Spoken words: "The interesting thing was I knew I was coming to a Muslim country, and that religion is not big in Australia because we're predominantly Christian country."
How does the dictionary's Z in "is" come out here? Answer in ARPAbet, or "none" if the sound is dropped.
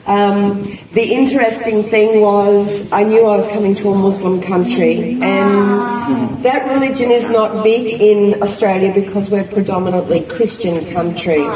Z